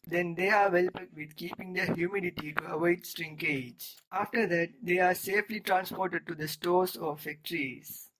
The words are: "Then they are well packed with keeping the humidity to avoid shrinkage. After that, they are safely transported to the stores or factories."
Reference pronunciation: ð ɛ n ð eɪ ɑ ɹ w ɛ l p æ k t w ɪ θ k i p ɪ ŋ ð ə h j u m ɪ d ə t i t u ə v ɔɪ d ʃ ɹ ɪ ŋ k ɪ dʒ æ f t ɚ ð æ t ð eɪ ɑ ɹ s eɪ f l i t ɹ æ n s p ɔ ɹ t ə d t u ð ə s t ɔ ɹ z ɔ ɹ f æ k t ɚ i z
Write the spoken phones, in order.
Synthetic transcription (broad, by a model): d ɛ n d eɪ ɑ ɹ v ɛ l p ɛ t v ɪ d k i p ɪ ŋ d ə h j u m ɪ d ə t i t u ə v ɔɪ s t ɹ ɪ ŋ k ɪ dʒ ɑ f t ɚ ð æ t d eɪ ɑ ɹ s eɪ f l i t ɹ æ n s p ɔ ɹ t ə d t u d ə s t ɔ ɹ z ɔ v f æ k t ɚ i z